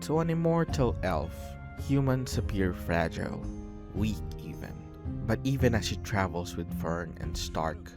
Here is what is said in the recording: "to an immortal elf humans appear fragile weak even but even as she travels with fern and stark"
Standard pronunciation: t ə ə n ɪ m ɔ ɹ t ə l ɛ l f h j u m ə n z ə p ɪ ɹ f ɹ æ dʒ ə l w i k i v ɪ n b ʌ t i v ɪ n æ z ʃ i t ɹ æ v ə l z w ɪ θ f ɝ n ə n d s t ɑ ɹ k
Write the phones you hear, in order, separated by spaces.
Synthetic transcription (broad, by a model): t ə ə n ɪ m ɔ ɹ t ə l ɛ l f h j u m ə n s ə p ɪ ɹ f ɹ æ dʒ ə l w i k i v ɪ n b ʌ t i v ɪ n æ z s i t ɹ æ v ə l s w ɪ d f ɝ n ə n d s t ɑ ɹ k